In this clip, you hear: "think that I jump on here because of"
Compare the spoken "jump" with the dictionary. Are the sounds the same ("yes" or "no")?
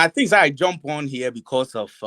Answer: yes